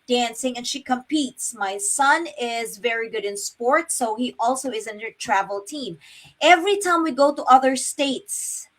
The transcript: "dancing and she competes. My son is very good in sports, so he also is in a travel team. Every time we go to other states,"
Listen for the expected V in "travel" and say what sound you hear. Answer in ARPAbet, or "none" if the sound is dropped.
V